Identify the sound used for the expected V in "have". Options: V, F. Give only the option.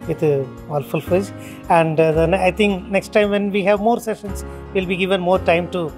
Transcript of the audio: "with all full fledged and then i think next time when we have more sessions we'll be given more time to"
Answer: V